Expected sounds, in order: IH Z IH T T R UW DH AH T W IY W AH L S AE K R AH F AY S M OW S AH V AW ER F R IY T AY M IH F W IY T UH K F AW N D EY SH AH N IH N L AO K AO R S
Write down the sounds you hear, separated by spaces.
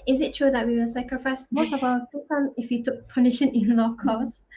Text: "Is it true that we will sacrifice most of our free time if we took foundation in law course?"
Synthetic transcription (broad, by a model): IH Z IH T T R UW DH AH T W IY W AH L S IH K R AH F AY S M OW S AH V AW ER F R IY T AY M IH F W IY T UH K P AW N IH SH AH N IH N L AO K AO S